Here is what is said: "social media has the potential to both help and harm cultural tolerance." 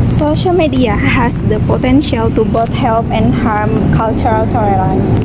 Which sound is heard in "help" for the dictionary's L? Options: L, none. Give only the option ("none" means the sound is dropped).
L